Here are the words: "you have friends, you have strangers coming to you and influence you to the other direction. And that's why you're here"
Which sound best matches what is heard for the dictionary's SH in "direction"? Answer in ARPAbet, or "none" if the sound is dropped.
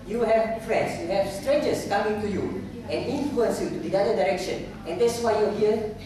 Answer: SH